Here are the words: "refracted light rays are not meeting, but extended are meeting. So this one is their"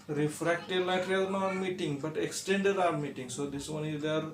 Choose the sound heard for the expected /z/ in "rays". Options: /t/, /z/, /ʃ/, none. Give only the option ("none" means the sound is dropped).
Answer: none